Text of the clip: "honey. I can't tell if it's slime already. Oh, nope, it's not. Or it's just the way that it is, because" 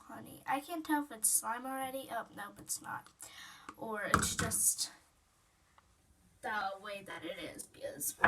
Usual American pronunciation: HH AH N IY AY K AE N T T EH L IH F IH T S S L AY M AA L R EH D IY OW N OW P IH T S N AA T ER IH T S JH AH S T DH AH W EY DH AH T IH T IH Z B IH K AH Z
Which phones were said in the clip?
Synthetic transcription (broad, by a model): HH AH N IY AY K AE N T T EH L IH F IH T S S L AY M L R EH D IY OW N OW B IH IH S N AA T ER IH T S JH AH S T DH AH W EY DH AH T IH T IH Z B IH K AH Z